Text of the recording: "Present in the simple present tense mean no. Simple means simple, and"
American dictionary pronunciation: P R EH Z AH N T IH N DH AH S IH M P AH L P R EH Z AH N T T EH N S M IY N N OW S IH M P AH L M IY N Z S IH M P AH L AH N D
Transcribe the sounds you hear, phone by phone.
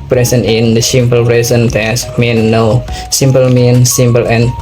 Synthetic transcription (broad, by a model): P R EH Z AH N IH N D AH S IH M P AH L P R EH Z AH N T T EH S M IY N N OW S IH M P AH L M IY N S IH M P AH L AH N